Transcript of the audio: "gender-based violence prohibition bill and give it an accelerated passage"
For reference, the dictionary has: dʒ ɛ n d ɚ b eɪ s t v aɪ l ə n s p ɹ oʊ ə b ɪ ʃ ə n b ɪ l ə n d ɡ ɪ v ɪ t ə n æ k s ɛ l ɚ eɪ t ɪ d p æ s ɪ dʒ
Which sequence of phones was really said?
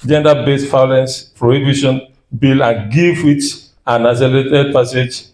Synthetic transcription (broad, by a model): dʒ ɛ n d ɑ b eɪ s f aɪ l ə n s p ɹ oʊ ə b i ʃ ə n b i l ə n ɡ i f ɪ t ə n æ s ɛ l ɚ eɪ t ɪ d p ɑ s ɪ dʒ